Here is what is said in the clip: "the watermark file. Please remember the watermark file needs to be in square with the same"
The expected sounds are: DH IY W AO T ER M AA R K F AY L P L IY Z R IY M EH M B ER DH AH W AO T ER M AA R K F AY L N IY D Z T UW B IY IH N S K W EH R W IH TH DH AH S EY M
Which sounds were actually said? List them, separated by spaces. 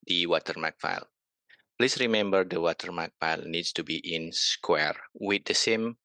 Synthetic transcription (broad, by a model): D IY W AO T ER M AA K F AY L P L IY S R IY M EH M B ER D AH W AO T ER M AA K F AY L N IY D S T UW B IY IH N S K W EH R W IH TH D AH S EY M